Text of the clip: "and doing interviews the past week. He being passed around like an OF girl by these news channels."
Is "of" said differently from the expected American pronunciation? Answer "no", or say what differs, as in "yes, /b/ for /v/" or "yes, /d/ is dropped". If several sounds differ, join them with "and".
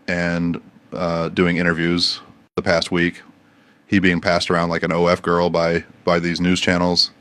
yes, /f/ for /v/